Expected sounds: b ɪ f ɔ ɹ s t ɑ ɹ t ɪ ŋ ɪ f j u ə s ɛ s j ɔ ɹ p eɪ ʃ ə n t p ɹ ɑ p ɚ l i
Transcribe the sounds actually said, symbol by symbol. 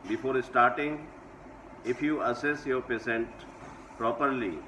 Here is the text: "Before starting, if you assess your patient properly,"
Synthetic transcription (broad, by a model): b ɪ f ɔ ɹ s t ɑ ɹ t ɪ ŋ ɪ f j u ə s ɛ s j ɔ ɹ p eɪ s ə n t p ɹ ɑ p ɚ l i